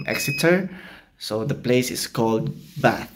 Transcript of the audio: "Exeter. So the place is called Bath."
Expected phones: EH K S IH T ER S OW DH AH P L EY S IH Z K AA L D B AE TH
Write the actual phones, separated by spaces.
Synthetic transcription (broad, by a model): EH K S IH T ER S OW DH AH P L EY S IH S K AA L D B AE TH